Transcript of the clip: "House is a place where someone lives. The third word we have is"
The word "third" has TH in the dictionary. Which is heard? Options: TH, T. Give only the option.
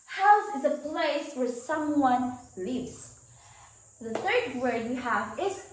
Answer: TH